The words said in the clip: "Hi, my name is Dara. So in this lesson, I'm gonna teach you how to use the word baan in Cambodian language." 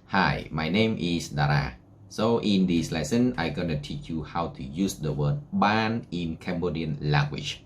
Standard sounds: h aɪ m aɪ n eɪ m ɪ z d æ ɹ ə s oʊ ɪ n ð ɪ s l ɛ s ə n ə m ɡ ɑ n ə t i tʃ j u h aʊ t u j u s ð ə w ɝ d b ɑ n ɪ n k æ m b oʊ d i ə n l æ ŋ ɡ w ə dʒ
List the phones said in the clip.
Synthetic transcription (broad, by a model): h aɪ m aɪ n eɪ m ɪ s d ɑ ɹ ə s oʊ ɪ n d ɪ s l ɛ s ə n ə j ɡ ɑ n ə t i tʃ j u h aʊ t u j u s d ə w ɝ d b ɑ n ɪ n k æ m b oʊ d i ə n l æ ŋ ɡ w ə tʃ